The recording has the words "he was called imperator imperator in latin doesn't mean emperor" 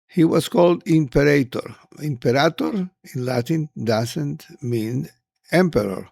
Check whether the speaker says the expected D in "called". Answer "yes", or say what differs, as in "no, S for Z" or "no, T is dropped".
yes